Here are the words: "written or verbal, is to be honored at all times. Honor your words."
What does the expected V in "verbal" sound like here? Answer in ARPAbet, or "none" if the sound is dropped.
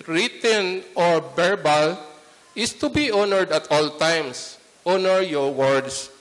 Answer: B